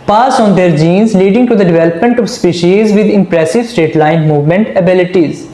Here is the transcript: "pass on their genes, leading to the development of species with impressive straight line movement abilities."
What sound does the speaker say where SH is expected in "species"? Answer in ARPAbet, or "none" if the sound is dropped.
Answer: SH